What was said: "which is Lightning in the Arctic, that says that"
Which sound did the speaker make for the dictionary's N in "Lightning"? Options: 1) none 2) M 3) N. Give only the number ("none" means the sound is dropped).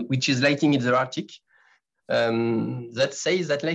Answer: 1